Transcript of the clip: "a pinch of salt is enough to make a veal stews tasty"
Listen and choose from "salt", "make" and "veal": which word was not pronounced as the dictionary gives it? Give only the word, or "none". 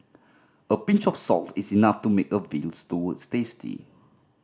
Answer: none